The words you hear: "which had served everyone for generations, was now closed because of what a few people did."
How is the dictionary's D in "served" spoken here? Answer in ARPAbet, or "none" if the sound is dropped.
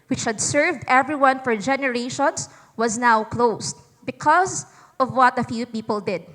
D